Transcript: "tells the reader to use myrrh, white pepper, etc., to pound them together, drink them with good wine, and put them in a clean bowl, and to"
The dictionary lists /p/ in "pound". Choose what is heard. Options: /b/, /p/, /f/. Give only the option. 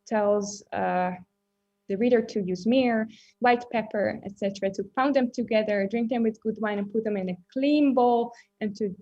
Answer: /f/